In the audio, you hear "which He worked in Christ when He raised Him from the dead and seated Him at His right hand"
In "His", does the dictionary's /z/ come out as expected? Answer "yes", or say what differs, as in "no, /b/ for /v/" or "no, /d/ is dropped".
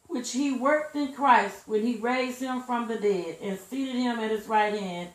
yes